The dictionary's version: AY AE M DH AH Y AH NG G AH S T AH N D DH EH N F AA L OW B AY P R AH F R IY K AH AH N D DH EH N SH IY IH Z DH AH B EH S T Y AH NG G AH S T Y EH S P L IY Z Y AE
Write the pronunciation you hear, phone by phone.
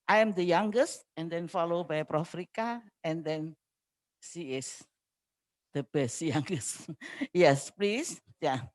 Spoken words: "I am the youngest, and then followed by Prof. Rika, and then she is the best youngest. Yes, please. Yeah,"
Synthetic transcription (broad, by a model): AY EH M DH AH Y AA NG G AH S T AH N D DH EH N F AA L OW B AY P R AH F R IY K AH AH N D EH N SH IY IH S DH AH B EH S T Y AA NG G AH S T Y EH S P L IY S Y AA